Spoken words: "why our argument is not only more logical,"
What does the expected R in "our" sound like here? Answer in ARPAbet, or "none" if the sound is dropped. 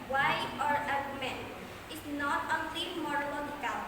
R